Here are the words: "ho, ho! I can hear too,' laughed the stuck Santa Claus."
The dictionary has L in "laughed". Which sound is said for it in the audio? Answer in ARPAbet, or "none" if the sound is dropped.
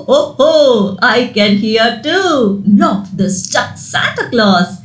N